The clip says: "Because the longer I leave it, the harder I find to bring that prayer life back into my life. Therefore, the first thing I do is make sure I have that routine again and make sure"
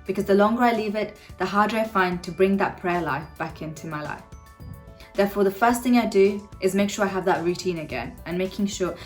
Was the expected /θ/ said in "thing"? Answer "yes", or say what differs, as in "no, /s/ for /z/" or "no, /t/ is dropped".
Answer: yes